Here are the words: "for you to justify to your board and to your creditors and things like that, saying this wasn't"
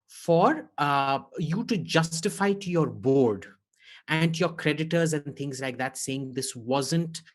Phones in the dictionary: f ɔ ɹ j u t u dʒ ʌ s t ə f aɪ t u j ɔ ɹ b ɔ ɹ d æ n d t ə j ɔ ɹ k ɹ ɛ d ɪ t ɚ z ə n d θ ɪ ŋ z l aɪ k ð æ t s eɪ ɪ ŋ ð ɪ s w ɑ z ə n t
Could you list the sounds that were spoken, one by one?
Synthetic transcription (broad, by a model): f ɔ ɹ j u t u dʒ ʌ s t ə f aɪ t u j ɔ ɹ b ɔ ɹ d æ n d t j ɔ ɹ k ɹ ɛ d ɪ t ɚ z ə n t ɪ ŋ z l aɪ k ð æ t s eɪ ɪ ŋ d ɪ s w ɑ z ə n t